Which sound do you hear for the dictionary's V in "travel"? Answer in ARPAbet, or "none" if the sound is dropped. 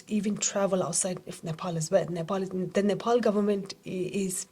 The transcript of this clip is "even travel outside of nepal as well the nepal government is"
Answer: V